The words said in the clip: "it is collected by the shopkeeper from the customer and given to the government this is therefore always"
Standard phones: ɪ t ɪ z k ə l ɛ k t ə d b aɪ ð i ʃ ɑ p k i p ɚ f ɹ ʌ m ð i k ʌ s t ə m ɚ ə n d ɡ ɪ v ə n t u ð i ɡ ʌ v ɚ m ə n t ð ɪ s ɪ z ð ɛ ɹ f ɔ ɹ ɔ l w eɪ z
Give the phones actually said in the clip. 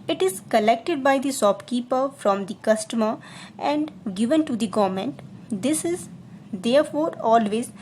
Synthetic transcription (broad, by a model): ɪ t ɪ z k ə l ɛ k t ə d b aɪ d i s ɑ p k i p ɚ f ɹ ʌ m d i k ʌ s t ə m ɚ ə n d ɡ ɪ v ə n t u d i ɡ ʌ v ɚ m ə n t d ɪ s ɪ z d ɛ ɹ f ɔ ɹ ɔ l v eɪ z